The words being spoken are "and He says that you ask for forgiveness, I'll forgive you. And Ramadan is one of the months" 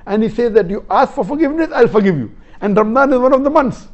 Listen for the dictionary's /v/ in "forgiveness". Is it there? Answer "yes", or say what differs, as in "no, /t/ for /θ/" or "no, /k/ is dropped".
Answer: yes